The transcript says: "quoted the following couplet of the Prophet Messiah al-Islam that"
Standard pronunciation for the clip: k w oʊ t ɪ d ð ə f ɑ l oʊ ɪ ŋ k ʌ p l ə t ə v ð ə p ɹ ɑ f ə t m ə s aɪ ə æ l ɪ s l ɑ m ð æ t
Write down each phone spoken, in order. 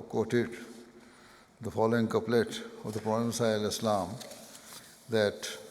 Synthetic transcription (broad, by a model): k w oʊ t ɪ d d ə f ɑ l oʊ ɪ ŋ k ʌ p l ə t ə v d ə p ɹ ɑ ə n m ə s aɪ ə l ɪ s l ɑ m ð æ t